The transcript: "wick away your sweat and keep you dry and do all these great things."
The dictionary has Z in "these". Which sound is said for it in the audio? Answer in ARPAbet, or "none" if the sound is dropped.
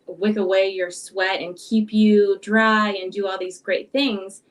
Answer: Z